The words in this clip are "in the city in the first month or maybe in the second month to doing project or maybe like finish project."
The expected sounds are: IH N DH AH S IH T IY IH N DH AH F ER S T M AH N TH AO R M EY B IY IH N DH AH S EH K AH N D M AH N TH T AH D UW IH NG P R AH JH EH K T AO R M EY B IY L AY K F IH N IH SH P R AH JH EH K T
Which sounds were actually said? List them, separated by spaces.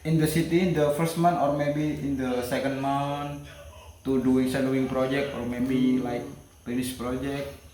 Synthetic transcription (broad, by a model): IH N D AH S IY T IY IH N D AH F ER S T M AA N T AO R M EY B IY IH N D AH S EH K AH N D M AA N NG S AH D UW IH NG P R AH JH EH K T AO R M EY B IY L AY K P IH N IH S P R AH JH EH K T